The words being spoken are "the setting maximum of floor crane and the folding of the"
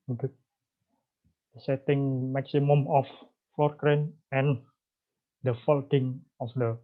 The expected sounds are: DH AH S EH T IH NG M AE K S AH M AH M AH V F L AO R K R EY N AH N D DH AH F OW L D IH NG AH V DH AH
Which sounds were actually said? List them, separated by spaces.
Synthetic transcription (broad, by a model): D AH S EH T IH NG M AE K S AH M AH M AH F AO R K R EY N AH N D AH F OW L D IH NG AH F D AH